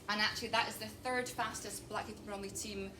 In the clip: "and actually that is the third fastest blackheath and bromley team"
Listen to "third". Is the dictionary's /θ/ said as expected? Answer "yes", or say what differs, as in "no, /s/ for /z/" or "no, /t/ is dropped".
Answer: yes